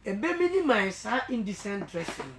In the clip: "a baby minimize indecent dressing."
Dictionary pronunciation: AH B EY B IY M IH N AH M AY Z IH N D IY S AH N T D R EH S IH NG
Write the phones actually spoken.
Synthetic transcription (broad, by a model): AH B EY M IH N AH M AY S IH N D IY S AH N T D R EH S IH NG